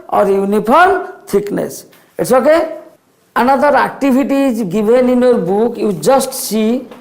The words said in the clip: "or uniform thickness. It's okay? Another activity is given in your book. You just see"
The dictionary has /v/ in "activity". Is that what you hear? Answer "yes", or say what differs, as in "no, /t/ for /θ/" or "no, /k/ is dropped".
no, /b/ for /v/